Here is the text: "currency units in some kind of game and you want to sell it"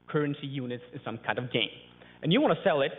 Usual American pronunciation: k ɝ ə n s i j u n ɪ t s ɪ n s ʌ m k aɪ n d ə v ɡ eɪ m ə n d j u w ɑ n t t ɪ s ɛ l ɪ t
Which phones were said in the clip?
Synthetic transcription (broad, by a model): k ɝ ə n s i j u n ɪ t s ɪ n s ʌ m k aɪ n d ə v ɡ eɪ m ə n j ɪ w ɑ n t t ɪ s ɛ l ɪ t